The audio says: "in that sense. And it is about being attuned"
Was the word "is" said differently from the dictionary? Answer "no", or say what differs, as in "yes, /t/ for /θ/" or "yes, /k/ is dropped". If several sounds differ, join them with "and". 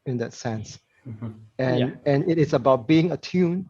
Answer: yes, /s/ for /z/